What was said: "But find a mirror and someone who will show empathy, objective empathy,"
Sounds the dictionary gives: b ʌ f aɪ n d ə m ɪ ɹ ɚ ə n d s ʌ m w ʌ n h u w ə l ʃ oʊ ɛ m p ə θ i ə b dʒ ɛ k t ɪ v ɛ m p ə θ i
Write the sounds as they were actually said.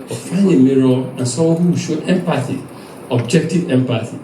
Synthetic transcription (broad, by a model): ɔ f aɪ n ə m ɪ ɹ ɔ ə n s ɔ w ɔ h u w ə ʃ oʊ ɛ m p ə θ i ə b dʒ ɛ k t ɪ v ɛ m p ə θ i